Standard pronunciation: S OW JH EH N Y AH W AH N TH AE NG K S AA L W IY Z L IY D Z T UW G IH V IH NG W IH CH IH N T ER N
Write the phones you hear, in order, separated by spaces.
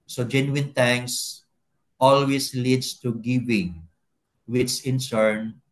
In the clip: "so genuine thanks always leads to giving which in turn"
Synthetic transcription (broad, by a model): S OW JH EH N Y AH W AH N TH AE NG K S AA L W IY S L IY D S T UW G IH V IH NG W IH S IH N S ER N